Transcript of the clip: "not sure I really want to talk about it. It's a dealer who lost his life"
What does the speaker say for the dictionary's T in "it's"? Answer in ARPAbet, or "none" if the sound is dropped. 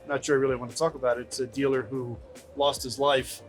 T